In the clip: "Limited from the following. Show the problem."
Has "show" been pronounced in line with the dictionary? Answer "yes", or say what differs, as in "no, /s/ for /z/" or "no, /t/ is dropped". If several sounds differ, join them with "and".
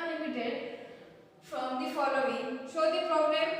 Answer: no, /s/ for /ʃ/